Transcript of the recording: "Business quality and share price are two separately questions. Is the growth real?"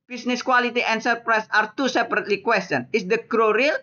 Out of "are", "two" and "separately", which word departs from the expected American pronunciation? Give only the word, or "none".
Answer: none